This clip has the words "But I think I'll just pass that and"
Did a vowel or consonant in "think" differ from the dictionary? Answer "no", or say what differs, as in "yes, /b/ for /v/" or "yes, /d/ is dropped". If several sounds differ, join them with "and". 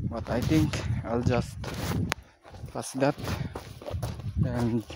yes, /t/ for /θ/